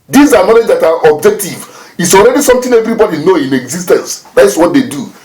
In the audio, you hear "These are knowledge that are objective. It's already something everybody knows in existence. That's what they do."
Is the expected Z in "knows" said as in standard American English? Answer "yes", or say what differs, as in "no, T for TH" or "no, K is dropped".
no, Z is dropped